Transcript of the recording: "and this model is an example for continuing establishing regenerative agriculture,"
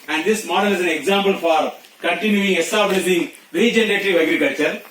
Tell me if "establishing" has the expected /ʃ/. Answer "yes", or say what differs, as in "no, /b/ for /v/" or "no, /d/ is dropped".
no, /s/ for /ʃ/